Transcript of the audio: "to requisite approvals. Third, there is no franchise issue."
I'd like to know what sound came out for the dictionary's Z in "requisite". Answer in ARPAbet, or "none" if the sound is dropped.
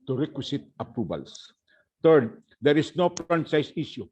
S